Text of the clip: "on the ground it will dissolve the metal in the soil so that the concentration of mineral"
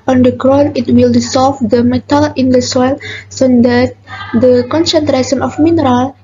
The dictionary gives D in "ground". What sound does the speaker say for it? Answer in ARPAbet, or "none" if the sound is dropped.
none